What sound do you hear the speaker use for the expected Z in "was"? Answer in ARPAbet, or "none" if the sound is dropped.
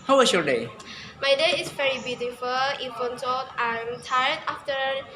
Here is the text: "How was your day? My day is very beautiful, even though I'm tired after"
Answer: S